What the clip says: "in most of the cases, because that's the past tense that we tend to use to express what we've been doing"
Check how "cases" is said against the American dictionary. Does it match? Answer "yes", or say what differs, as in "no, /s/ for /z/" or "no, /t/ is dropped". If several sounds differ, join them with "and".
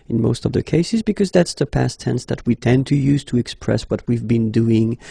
yes